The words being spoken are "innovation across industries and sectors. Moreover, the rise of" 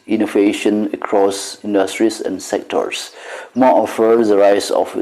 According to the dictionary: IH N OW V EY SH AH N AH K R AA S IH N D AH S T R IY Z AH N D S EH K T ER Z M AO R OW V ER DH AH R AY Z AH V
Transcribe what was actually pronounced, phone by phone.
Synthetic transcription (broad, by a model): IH N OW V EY SH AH N AH K R AA S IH N D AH S T R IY S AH N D S EH K T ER S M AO OW F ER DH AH R AY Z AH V